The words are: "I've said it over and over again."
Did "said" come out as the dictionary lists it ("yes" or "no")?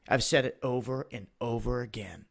yes